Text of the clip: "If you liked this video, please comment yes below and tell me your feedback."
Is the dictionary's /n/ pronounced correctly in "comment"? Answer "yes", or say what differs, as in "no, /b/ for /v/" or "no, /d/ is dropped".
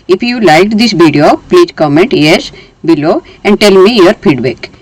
yes